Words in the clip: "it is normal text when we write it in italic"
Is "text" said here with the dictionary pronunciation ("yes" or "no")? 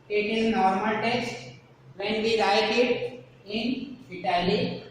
no